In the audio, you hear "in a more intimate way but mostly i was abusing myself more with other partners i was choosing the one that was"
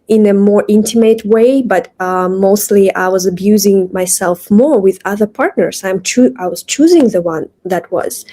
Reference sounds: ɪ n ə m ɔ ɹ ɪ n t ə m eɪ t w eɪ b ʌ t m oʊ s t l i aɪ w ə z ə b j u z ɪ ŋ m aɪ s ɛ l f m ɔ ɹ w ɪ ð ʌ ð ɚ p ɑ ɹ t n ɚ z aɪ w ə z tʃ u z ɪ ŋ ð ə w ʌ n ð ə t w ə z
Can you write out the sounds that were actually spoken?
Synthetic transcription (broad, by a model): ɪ n ə m ɔ ɹ ɪ n t ə m eɪ t w eɪ b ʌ t m oʊ s t l i aɪ w ə z ə b j u z ɪ ŋ m aɪ s ɛ l f m ɔ ɹ w ɪ ð ʌ ð ɚ p ɑ ɹ t n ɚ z aɪ w ə z tʃ u z ɪ ŋ ð ə w ʌ n ð ə t w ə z